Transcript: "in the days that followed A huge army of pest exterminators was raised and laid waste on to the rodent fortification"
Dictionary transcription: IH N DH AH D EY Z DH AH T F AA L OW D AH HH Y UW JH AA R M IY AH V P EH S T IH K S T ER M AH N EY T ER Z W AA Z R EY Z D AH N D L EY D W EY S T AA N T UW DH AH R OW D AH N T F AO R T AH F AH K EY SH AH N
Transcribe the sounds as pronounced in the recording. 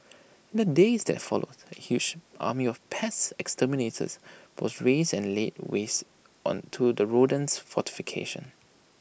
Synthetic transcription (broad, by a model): IH N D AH D EY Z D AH T F AA L OW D AH HH Y UW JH AA M IY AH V P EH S IH K S T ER M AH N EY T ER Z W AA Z R EY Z AH N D L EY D W EY S T AA N T UW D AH R OW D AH N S F AO T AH F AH K EY SH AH N